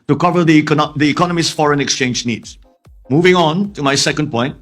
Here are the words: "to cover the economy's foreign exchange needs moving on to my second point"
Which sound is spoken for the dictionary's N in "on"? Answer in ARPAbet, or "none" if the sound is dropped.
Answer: N